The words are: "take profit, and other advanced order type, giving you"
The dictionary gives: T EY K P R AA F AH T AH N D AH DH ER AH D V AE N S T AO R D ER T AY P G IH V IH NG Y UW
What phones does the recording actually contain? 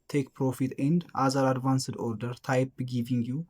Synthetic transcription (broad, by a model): T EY K P R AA F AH T AH N D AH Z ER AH D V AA N S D AO R D ER T AY P G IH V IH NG Y UW